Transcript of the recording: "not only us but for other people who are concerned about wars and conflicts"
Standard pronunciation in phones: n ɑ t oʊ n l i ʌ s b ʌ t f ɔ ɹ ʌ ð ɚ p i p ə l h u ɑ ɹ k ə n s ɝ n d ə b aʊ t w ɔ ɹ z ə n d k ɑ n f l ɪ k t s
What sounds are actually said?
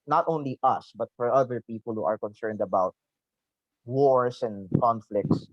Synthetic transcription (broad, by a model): n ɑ t oʊ n l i ʌ s b ʌ t f ɔ ɹ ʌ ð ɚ p i p ə l h u ɑ ɹ k ə n s ɝ n d ə b aʊ t w ɔ ɹ s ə n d k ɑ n f l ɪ k t s